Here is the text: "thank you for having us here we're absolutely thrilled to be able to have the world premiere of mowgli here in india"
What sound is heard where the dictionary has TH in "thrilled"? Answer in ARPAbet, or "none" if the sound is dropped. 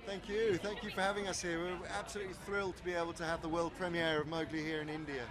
TH